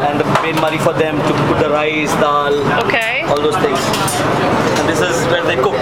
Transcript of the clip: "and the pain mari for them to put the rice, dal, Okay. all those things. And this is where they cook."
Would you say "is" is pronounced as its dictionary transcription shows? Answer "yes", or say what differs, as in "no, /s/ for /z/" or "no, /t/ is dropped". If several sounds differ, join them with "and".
yes